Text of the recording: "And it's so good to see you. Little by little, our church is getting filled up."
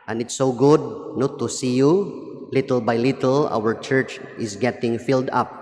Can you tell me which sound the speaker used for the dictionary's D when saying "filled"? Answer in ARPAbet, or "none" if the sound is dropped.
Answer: D